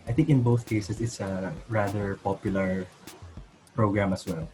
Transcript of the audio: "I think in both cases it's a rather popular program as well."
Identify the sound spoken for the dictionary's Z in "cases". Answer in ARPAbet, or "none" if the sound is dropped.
S